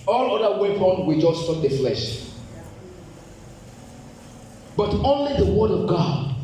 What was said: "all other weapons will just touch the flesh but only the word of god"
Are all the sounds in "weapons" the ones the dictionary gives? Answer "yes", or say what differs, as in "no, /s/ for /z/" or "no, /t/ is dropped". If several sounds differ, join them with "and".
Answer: no, /z/ is dropped